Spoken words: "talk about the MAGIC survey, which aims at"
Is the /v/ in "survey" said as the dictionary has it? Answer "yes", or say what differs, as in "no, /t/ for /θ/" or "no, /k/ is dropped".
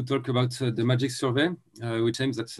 yes